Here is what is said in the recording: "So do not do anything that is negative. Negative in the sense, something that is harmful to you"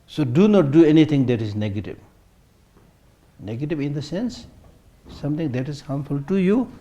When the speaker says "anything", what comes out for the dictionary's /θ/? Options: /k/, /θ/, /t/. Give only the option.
/t/